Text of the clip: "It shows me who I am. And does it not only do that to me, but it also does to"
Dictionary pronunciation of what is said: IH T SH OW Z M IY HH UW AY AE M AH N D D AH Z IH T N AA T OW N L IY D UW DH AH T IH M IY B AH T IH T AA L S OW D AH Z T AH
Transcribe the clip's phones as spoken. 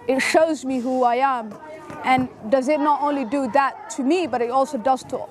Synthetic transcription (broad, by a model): IH T SH OW Z M IY HH UW AY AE M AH N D D AH Z IH T N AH T OW N L IY D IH DH AH T IH M IY B AH T IH T AA L S OW D AH Z T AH